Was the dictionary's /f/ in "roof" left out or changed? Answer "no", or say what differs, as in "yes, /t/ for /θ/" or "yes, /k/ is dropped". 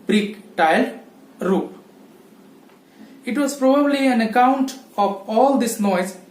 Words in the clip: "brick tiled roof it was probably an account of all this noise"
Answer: yes, /p/ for /f/